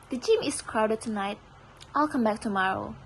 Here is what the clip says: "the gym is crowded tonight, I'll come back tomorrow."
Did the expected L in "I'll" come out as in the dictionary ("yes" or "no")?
yes